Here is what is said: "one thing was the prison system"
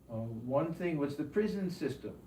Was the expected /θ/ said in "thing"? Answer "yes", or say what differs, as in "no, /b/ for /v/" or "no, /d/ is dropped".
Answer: yes